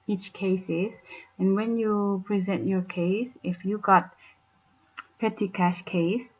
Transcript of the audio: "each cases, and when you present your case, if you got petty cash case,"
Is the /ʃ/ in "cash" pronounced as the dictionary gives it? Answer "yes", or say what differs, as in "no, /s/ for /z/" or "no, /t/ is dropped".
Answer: yes